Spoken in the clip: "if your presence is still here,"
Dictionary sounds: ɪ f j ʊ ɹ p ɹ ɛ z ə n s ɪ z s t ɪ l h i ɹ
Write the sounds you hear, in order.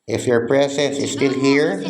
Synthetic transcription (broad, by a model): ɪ f j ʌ ɹ p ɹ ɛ s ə s ɪ z s t ɪ l h i ɹ